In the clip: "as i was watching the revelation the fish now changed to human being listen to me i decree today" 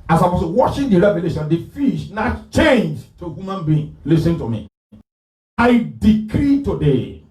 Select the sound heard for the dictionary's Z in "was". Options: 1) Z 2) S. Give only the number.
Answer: 2